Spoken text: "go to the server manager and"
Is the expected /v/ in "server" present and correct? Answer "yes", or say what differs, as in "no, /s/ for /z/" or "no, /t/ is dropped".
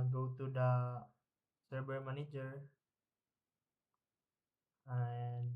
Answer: no, /b/ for /v/